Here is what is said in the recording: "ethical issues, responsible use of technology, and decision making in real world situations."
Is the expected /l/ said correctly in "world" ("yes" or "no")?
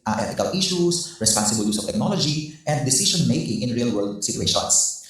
yes